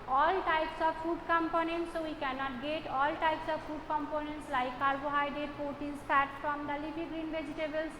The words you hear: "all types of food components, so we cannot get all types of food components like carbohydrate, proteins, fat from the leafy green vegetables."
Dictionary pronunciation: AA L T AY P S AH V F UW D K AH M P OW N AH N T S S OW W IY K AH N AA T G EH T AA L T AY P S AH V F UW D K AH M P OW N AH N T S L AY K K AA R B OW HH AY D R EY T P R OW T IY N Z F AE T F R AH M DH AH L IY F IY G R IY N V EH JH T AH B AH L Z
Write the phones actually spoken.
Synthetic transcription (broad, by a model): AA L T AY P S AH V F UW D K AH M P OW N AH N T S S OW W IY K AH N AA T G EH T AA L T AY P S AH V F UW D K AH M P OW N AH N T S L AY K K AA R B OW HH AY D EY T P OW T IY Z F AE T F R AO M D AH L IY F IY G R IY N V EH JH T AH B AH L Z